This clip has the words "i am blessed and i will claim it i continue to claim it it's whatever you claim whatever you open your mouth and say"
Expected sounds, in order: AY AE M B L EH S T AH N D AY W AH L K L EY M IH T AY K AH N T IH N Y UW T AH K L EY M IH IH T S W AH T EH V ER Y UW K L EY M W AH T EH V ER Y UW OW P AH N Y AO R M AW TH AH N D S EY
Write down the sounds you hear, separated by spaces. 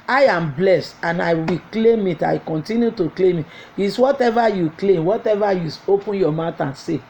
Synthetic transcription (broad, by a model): AY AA M B L EH S T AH N AY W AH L K L EY M IH T AY K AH N T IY N Y UW T AH K L EY M IH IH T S W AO T EH V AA Y UW K L EY M W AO T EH V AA Y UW OW P AH N Y AO M AW T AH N S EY